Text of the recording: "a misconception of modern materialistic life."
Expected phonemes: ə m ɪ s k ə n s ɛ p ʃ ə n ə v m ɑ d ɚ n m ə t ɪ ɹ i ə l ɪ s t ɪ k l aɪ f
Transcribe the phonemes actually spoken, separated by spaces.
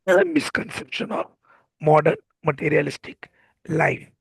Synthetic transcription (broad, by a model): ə m ɪ s k ə n s ɛ p ʃ ə n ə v m ɑ d ɚ n m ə t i ɹ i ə l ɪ s t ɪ k l aɪ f